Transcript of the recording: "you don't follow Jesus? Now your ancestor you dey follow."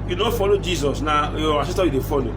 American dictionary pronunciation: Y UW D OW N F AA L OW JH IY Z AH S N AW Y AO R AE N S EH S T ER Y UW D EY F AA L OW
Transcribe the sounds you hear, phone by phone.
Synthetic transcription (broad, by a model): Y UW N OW F AA L OW JH IY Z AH S N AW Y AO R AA S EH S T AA Y UW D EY F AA L OW